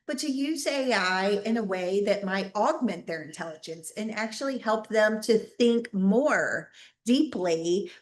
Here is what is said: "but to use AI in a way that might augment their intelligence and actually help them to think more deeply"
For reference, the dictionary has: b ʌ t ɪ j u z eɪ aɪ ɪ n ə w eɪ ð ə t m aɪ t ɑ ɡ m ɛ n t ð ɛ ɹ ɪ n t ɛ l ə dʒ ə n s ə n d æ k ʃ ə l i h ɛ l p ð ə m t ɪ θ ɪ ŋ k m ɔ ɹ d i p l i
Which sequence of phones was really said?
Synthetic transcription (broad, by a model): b ʌ t ɪ j u z eɪ aɪ ɪ n ə w eɪ ð ə t m aɪ t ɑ ɡ m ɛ n ð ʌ ɹ ɪ n t ɛ l ə dʒ ə n s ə n æ k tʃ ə l i h ɛ l p ð ə m t ɪ θ ɪ ŋ k m ɔ ɹ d i p l i